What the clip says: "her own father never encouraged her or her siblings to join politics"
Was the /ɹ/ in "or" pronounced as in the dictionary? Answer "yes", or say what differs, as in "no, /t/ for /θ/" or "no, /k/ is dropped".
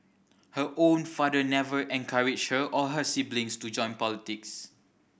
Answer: no, /l/ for /ɹ/